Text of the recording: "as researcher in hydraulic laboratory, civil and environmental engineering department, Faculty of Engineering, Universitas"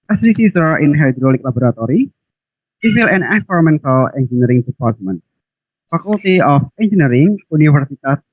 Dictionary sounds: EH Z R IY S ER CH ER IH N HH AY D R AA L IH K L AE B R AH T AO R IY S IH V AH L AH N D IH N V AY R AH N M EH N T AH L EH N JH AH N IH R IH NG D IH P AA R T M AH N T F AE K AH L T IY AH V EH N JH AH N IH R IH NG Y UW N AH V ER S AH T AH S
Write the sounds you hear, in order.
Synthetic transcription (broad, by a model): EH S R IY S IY S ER IH N HH AY D R AA L IH K L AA B R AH T AO R IY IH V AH L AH N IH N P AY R M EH N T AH L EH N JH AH N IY R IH NG D IH P AA R T M AH N T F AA K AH L T IY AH F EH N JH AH N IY R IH NG UW N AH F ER S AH T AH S